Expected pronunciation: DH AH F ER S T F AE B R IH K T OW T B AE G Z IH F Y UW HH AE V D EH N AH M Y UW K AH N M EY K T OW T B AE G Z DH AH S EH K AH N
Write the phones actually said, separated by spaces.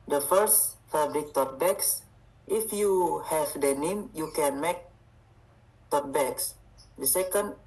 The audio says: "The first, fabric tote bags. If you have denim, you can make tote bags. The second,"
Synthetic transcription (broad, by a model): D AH F ER S T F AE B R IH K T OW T B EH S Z IH F Y UW HH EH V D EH N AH M Y UW K AH N M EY K T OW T B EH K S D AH S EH K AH N